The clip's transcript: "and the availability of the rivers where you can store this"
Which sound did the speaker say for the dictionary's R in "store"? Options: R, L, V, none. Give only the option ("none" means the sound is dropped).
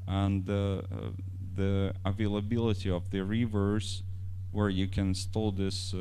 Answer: L